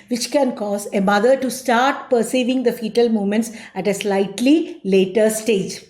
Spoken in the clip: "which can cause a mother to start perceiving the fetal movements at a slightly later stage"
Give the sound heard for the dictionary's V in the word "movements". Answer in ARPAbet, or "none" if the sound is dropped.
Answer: none